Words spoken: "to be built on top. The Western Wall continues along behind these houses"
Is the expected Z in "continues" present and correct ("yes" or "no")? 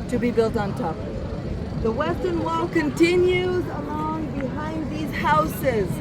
yes